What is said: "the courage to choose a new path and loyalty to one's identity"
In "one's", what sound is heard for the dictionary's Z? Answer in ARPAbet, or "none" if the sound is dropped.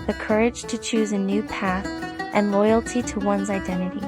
Z